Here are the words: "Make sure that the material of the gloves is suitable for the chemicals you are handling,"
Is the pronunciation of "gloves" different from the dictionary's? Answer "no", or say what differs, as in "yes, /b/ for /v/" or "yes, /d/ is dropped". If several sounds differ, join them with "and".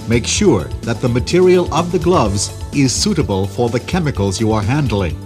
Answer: no